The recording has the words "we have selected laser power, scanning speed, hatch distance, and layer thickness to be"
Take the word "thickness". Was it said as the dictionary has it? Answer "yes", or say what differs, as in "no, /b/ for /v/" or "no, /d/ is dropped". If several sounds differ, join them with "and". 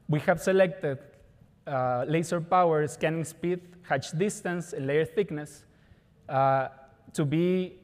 yes